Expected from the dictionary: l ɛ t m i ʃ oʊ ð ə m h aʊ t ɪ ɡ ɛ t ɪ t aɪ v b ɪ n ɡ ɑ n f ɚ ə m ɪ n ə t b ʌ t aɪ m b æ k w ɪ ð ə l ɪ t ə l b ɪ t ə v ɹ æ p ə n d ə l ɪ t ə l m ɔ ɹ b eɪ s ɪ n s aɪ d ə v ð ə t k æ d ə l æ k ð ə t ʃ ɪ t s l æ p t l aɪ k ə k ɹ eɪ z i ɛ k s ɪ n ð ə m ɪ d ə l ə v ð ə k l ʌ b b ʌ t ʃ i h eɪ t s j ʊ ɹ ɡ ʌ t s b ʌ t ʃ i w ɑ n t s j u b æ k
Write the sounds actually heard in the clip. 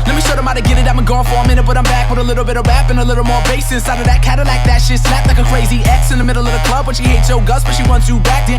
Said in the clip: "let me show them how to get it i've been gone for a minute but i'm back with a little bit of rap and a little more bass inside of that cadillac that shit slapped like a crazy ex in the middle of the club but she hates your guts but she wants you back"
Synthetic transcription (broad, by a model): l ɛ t m i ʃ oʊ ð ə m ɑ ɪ t ɪ ɡ ɛ t ɪ t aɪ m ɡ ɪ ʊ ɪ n f ɚ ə m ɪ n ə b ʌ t aɪ m b æ k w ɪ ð ə l ɪ t l b ɪ t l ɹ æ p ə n ə l ɪ t l m ɔ ɹ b eɪ s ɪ s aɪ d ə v ð ə t k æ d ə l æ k ð ə t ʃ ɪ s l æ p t l aɪ k ə k ɹ eɪ z i ɛ k s ɪ n ð ə m ɪ d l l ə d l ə k l ʌ b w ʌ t ʃ i h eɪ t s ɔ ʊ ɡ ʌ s b ʌ t ʃ i w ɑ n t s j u b æ k